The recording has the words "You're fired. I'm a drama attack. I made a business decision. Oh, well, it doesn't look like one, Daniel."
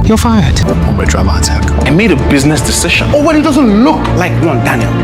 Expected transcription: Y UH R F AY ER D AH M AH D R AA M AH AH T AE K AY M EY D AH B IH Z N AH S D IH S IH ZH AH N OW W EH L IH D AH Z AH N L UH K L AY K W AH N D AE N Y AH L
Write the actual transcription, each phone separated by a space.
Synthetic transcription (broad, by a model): Y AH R F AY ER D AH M AH D R AA M AH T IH K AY M EY D AH B IH Z N AH S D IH S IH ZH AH N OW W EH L IH D AH Z AH N L UH K L AY K W AH N D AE N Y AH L